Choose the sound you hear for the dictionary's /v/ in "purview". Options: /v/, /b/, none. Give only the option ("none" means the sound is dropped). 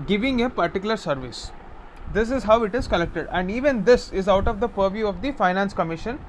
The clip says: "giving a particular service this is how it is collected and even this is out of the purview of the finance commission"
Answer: /v/